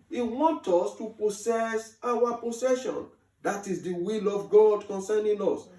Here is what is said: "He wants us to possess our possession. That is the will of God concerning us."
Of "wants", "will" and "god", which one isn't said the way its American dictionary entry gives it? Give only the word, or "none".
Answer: wants